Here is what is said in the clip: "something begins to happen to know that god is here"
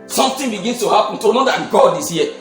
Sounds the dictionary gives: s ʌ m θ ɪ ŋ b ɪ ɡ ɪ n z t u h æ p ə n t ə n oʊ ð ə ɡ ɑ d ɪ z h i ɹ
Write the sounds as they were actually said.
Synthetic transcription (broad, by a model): s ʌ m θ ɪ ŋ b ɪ ɡ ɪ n s t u h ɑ p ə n t ə n oʊ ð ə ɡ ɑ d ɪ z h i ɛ